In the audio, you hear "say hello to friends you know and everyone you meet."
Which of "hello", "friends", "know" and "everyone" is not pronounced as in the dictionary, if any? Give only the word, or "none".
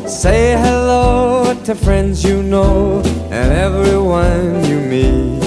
none